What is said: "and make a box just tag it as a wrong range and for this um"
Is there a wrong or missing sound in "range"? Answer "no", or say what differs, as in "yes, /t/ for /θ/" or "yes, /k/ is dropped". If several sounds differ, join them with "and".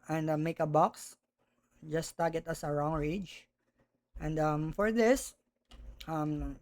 yes, /n/ is dropped